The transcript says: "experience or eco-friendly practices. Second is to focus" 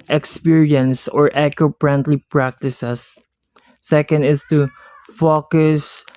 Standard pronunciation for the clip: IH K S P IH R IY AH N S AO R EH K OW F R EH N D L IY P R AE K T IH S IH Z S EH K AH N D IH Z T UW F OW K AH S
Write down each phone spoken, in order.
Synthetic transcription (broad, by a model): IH K S P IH R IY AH N S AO R EH K OW P R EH N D L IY P R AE K T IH S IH S EH K AH N D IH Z T UW F OW K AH S